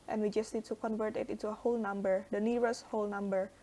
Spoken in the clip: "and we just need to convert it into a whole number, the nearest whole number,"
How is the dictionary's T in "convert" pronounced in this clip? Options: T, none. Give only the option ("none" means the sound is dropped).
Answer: T